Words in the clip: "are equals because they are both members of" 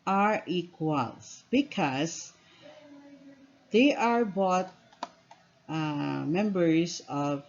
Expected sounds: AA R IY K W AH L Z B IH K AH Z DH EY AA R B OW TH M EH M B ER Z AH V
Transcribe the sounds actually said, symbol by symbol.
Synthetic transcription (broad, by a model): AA R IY K W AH L S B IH K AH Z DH EY AA R B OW T M EH M B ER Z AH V